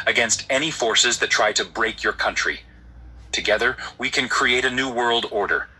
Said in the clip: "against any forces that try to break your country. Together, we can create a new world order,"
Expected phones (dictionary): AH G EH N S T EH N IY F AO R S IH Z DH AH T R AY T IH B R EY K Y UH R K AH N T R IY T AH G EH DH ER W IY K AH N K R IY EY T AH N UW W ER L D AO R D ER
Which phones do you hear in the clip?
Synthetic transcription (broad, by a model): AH G EH N S T EH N IY F AO R S IH Z DH AH T R AY T IH B R EY K Y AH R K AH N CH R IY T AH G EH DH ER W IY K AH N K R IY EY T AH N UW W ER L D AO R D ER